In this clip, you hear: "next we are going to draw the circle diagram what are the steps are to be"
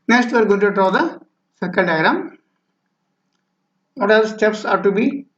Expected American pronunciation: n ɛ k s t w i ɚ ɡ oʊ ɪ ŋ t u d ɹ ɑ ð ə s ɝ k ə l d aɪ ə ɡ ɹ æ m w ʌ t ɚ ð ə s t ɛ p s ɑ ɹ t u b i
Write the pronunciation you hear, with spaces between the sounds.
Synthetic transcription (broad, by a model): n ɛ k s t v ɚ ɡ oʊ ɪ t u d ɹ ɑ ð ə s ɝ k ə n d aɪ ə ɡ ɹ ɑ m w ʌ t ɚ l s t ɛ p s ɑ ɹ t u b i